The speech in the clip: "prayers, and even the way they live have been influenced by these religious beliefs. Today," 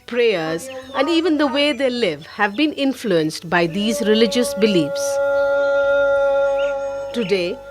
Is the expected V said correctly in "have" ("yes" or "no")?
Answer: yes